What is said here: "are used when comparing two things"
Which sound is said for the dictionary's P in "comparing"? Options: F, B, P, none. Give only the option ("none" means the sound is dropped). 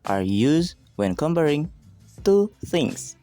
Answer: B